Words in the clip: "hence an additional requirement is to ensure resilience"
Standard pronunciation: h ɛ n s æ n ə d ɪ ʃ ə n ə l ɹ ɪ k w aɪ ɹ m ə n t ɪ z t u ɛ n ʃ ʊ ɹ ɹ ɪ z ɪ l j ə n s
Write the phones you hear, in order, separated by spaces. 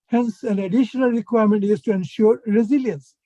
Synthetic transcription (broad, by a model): h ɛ n s æ n ə d ɪ ʃ ə n ə l ɹ ɪ k w aɪ ɹ m ə n t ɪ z t u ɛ n ʃ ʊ ɹ ɹ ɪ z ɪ l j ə n s